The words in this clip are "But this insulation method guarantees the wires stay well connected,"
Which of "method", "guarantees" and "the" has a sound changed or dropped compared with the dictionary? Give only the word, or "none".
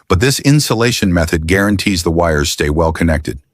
none